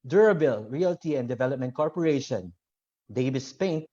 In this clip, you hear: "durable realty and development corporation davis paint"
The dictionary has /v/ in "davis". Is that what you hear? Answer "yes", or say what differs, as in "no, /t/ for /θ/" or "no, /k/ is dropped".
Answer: no, /b/ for /v/